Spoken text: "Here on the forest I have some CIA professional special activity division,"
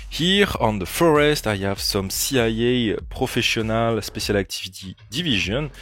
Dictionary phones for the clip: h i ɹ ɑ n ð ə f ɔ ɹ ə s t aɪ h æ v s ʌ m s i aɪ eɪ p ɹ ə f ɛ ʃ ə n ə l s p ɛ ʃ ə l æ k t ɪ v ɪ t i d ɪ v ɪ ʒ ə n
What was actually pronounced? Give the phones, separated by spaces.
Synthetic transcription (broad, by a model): h i ɹ ɑ n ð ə f ɔ ɹ ə s t aɪ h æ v s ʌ m s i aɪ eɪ p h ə f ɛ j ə n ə l s p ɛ s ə l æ k t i v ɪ t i d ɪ v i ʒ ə n